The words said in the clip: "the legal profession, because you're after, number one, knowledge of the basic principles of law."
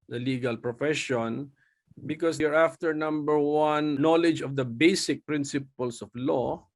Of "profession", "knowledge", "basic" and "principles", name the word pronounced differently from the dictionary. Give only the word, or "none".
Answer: principles